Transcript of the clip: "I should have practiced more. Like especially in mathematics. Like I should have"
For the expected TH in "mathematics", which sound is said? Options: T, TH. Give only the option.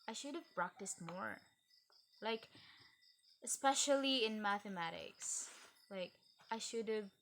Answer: TH